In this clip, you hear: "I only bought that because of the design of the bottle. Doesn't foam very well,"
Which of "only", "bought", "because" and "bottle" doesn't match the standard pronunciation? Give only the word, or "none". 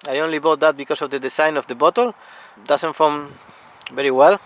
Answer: because